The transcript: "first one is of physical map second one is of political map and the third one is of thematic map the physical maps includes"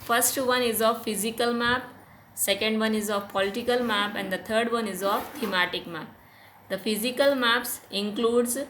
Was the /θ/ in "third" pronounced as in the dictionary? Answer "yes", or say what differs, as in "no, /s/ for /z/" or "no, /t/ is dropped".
no, /t/ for /θ/